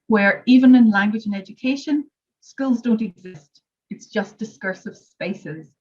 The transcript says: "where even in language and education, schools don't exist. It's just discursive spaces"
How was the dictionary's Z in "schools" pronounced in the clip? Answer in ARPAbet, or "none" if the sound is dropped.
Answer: Z